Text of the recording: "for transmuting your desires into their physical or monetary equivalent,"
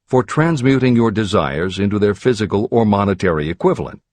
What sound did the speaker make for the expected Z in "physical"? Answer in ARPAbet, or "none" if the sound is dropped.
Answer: Z